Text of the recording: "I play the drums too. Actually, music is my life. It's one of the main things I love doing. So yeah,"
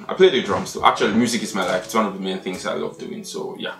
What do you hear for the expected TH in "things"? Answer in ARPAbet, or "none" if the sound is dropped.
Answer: TH